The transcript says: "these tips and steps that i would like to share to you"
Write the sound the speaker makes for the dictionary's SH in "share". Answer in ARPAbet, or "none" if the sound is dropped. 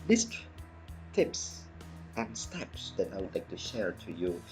SH